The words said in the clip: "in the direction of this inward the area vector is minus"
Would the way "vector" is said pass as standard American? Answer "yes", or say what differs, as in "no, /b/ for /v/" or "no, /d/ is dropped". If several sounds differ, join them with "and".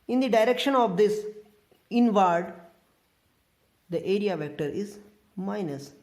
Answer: yes